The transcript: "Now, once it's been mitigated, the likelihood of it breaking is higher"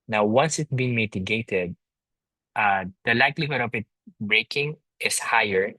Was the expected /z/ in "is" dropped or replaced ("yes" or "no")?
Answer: yes